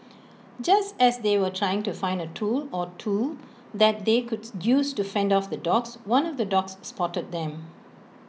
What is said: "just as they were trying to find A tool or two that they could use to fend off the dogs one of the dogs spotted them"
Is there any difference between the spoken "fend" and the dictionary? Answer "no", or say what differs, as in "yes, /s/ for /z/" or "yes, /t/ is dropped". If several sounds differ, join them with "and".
no